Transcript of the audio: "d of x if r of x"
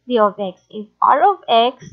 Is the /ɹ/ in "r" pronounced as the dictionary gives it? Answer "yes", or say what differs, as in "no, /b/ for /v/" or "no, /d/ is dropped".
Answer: no, /l/ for /ɹ/